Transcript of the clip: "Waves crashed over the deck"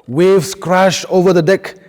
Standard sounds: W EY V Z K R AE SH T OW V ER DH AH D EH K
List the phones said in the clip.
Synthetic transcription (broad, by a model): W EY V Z K R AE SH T OW V ER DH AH D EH K